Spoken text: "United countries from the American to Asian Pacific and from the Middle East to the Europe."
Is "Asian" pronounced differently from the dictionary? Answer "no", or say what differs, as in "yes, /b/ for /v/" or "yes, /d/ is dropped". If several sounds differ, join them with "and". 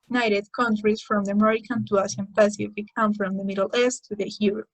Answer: yes, /s/ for /ʒ/